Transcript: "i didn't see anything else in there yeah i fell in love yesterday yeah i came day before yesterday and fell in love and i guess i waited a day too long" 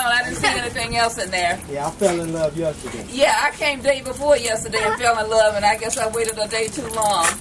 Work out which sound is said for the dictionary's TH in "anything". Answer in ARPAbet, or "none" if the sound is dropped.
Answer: TH